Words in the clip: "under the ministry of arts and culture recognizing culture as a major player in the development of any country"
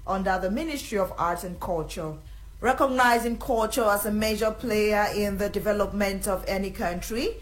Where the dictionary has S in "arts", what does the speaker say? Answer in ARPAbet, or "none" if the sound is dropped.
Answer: none